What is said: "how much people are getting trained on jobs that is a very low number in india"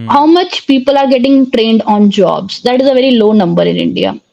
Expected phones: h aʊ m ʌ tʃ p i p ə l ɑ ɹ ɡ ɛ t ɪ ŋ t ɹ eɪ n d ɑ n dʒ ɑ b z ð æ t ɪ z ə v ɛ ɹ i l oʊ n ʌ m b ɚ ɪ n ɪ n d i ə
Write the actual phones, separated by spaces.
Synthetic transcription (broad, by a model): h aʊ m ʌ tʃ p i p ə l ɑ ɹ ɡ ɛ t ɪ ŋ t ɹ eɪ n d ɑ n dʒ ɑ b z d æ t ɪ z ə v ɛ ɹ i l oʊ n ʌ m b ɚ ɪ n ɪ n d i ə